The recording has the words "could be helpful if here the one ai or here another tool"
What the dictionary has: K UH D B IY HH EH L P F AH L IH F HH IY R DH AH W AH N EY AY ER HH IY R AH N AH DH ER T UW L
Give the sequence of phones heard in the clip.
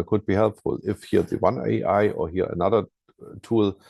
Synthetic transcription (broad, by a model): K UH D B IY HH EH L F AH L IH F HH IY DH AH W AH N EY AY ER HH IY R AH N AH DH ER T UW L